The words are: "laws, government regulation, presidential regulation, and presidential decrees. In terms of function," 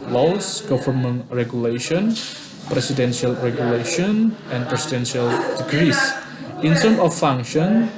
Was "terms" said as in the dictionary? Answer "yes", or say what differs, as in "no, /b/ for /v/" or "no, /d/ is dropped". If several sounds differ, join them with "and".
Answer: no, /z/ is dropped